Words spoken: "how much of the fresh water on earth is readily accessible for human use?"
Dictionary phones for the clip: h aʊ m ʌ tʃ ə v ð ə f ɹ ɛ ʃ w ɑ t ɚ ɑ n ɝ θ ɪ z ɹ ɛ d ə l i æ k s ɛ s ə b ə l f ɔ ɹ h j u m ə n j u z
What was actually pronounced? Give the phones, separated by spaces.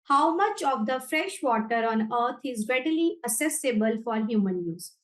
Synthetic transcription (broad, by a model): h aʊ m ʌ tʃ ə v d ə f ɹ ɛ ʃ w ɑ t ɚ ɑ n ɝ t ɪ z ɹ ɛ d ə l i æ s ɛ s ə b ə l f ɔ ɹ h j u m ə n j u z